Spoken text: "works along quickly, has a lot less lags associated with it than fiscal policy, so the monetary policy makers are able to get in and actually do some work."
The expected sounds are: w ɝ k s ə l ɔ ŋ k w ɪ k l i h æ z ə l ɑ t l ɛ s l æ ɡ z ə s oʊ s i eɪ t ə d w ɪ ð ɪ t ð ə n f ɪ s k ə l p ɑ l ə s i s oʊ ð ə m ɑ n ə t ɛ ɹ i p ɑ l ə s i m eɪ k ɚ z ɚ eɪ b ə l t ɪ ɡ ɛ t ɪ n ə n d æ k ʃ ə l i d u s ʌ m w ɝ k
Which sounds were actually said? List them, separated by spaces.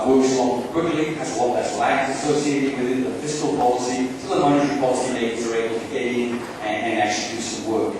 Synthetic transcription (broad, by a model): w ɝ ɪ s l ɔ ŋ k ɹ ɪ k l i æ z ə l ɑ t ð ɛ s l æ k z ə s oʊ s i eɪ t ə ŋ w ɪ ð ɪ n ð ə f ɪ s k ə l p ɑ l ə s i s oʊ ð ə m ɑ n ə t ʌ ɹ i p ɑ l ə s i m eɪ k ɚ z ɚ eɪ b l t ɪ ɡ ɛ t ɪ n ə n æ k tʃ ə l i d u s ʌ m w ɝ k